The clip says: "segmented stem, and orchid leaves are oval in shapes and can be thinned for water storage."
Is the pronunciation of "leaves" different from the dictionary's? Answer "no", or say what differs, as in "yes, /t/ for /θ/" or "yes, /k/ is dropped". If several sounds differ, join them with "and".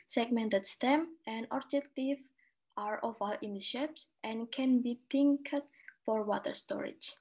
yes, /z/ is dropped